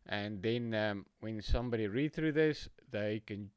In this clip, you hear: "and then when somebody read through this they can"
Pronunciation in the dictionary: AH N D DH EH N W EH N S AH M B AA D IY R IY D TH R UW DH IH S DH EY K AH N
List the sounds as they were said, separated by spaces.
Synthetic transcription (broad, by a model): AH N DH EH N W EH N S AH M B AA D IY R IY D TH R UW DH IH S DH EY K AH N